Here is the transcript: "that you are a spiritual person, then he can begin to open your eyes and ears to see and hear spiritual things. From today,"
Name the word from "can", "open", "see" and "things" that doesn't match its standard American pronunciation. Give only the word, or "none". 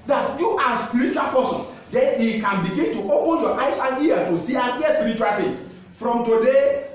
things